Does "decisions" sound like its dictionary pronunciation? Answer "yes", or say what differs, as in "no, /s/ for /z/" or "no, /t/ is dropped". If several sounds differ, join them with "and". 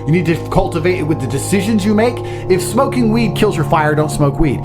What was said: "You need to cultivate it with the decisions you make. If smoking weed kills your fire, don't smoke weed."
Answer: yes